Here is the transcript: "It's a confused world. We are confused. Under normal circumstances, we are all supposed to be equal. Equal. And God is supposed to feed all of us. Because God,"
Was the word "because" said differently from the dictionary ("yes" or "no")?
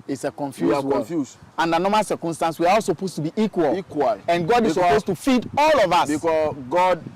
yes